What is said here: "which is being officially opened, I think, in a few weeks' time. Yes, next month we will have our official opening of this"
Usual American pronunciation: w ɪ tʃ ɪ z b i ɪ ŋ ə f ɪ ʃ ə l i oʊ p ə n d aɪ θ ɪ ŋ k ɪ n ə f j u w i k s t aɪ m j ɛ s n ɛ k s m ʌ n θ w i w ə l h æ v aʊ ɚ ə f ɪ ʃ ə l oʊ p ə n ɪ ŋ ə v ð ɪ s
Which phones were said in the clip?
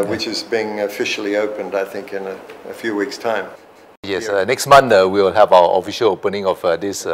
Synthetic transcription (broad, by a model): w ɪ tʃ ɪ z b i ɪ ŋ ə f ɪ ʃ l i oʊ p ə n d aɪ θ ɪ ŋ k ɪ n ə f j u w i k s t aɪ m j ɛ s n ɛ k s m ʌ n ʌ w i w l h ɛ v aʊ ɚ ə f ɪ ʃ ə l oʊ p ə n ɪ ŋ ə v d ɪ s